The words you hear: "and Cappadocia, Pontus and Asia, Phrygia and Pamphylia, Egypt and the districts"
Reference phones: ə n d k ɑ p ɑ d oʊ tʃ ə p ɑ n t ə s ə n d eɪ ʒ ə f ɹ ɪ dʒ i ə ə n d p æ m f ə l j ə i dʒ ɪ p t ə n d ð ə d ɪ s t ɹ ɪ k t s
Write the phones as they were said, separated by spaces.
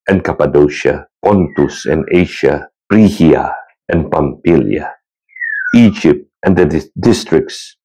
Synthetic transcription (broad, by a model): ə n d k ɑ p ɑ d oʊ ʃ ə p ɑ n t ə s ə n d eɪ ʃ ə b ɹ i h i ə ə n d p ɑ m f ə l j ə i dʒ ɪ p t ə n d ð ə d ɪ s t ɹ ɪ k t s